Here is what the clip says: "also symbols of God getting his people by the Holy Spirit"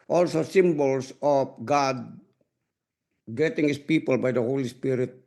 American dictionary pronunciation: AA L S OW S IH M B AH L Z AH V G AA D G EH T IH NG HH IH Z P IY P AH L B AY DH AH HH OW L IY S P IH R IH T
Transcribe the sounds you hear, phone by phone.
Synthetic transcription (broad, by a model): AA L S OW S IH M B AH L S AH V G AA D G EH T IH NG HH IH S P IY P AH L B AY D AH HH OW L IY S P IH R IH T